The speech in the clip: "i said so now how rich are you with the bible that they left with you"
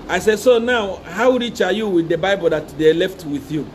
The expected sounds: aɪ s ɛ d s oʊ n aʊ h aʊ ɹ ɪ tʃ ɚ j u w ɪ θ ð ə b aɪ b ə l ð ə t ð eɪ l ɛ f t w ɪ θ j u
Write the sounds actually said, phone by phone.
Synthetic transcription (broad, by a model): aɪ s ɛ d s oʊ n aʊ h aʊ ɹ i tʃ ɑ j u w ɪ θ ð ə b aɪ b ə l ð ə t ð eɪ l ɛ f t w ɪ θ j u